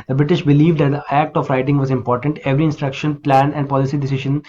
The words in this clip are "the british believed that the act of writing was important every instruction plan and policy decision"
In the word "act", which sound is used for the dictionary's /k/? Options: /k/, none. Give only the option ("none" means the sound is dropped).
/k/